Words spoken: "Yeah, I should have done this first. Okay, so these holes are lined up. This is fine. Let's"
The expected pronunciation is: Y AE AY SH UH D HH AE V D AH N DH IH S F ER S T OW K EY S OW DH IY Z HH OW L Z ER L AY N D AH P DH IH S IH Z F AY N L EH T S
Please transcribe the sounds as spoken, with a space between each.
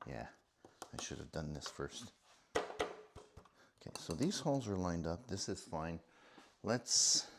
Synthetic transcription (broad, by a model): Y AE AY SH UH D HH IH V D AH N DH IH S F ER S T OW K EY S OW DH IY Z HH OW L Z ER L AY N D AH P DH IH S IH Z F AY N L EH T S